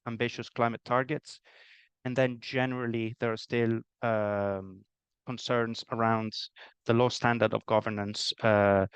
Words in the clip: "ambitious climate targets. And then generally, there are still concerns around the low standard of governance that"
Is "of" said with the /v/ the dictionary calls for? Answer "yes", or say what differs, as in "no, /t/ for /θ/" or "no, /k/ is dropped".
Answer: yes